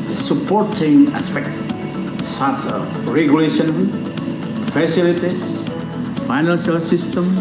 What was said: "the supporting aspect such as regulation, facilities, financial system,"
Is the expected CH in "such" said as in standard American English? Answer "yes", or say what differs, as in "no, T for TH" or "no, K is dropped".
no, S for CH